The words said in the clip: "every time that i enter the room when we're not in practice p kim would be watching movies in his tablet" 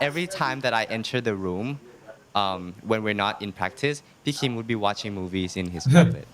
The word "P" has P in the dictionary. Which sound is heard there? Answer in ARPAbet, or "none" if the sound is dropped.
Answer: B